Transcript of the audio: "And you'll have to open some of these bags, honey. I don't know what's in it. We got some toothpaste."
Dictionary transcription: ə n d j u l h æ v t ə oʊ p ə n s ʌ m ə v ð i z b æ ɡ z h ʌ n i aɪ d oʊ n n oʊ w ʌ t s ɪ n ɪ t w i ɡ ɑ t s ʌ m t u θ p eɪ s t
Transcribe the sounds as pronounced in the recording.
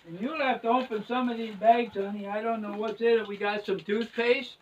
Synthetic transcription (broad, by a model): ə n j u l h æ f t ə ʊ p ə n s ʌ m ə v ð i z b æ ɡ z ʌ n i aɪ d oʊ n n oʊ w ʌ t s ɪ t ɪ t w i ɡ ɑ t s ʌ m t u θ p eɪ s